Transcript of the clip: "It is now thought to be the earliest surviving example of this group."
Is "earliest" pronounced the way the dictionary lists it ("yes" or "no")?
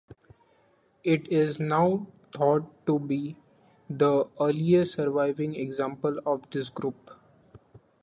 no